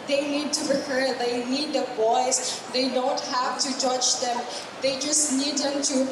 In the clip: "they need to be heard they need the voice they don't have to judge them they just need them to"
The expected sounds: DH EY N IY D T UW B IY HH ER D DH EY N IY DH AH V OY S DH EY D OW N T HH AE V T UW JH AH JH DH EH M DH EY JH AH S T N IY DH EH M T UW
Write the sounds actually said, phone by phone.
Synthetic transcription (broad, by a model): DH EY N IY D T UW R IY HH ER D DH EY N IY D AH B OY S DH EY D OW N T HH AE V T UW JH AH JH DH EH M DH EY JH AH S T N IY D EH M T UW